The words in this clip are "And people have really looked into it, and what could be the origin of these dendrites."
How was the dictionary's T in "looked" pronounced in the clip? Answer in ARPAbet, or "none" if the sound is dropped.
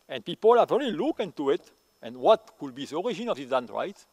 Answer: none